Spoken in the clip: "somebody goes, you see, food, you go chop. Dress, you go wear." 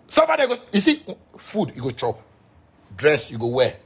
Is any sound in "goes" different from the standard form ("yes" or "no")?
yes